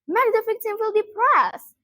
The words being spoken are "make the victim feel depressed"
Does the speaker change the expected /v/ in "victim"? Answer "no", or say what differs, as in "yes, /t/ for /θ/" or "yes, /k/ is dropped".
yes, /f/ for /v/